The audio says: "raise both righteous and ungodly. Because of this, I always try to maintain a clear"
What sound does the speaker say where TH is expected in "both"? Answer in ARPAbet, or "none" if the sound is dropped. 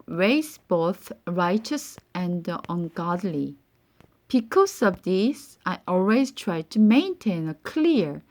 TH